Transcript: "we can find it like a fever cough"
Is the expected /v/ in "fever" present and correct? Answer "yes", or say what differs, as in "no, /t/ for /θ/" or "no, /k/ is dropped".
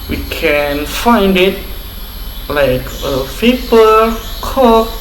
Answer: no, /p/ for /v/